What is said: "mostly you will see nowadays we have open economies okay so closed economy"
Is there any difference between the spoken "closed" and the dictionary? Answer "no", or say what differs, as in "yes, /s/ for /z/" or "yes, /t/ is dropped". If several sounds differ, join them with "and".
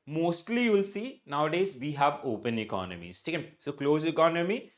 yes, /d/ is dropped